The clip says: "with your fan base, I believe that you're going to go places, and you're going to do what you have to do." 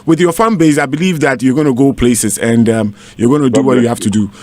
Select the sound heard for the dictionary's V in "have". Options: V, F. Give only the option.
F